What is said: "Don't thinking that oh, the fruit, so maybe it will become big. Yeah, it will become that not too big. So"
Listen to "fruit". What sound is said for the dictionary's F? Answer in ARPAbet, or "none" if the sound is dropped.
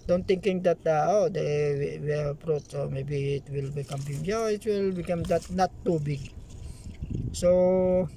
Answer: P